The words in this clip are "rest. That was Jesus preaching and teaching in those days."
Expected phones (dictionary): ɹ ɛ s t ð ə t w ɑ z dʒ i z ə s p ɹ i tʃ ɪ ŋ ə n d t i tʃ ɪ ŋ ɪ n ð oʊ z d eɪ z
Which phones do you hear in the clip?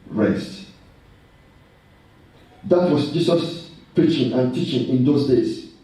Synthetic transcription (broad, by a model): ɹ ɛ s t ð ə t w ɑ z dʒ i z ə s p ɹ i tʃ ɪ ŋ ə n t i tʃ ɪ ŋ ɪ n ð oʊ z d eɪ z